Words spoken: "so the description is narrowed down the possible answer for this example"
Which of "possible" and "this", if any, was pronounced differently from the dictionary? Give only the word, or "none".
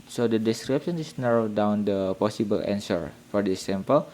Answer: this